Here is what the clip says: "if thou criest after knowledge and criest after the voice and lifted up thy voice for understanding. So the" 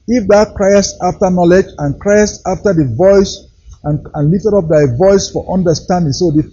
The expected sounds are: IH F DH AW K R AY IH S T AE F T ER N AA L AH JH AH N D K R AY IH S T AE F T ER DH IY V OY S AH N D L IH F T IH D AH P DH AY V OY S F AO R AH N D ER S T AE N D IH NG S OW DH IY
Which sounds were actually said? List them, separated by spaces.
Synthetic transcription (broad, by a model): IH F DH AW K R AY IH S T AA F T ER N AA L AH JH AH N K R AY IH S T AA F T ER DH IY V OY S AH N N L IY T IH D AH P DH AY V OY S F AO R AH N D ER S T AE N D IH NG S OW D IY